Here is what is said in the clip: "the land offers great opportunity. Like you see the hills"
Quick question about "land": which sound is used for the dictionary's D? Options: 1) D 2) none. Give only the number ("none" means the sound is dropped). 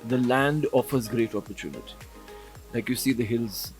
1